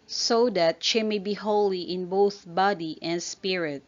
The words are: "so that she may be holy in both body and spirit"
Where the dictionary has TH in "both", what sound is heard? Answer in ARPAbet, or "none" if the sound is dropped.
TH